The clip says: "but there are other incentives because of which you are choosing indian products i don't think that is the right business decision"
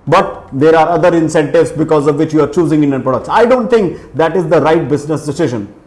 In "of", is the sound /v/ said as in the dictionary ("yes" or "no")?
yes